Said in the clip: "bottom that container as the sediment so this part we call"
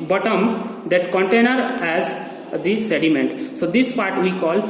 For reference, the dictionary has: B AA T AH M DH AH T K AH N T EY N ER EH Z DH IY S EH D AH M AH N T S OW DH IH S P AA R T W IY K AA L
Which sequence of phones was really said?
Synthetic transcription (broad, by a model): B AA T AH M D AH T K AH N T EY N ER EH Z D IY S EH D AH M AH N T S OW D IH S P AA R T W IY K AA L